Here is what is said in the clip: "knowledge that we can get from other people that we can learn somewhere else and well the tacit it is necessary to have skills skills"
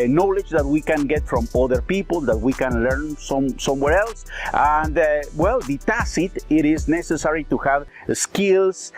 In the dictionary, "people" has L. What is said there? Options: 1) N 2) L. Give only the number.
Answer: 2